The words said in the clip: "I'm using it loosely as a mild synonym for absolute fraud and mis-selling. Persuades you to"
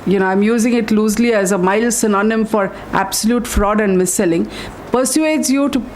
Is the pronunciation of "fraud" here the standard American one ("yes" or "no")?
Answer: yes